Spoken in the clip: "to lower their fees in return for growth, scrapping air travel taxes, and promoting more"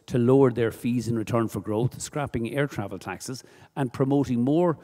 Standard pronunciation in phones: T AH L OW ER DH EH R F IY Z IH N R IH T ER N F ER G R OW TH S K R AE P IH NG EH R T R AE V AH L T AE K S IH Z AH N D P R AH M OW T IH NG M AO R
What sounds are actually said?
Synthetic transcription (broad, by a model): T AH L OW ER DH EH R F IY Z IH N R IH T ER N F ER G R OW TH S K R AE P IH NG EH R T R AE V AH L T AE K S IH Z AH N P R AH M OW T IH NG M AO R